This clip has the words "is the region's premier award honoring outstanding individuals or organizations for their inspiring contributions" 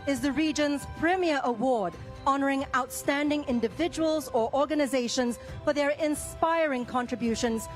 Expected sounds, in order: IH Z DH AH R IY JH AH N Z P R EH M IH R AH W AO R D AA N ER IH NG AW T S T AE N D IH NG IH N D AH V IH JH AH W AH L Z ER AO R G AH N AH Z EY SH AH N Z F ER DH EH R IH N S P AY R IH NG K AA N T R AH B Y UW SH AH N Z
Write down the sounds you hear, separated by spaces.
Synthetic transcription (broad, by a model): IH Z DH AH R IY JH AH N Z P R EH M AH R AH W AO R D AA N ER IH NG AW T S T AE N D IH NG IH N D AH V IH JH AH W AH L Z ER AO R G AH N AH Z EY SH AH N Z F ER DH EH R IH N S P AY R IH NG K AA N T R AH B Y UW SH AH N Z